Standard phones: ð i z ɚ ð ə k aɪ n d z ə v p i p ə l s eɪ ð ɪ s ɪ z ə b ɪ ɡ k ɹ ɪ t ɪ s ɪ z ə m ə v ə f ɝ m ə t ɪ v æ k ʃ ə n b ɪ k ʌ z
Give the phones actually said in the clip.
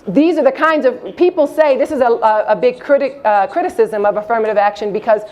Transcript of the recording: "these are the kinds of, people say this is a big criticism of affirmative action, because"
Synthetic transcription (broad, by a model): ð i z ɚ ð ə k aɪ n d z ə v p i p l s eɪ ð ɪ s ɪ z ə b ɪ ɡ k ɹ ɪ t ɪ s ɪ z ə m ə v ə f ɝ m ə t ɪ v æ k ʃ ə n b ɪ k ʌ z